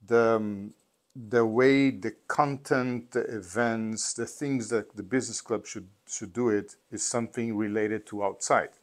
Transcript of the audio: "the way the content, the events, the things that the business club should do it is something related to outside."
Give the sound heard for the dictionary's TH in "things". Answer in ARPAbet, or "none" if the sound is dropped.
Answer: TH